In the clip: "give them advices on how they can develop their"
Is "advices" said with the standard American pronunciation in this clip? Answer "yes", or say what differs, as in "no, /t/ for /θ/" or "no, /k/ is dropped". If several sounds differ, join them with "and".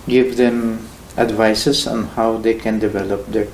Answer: no, /s/ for /z/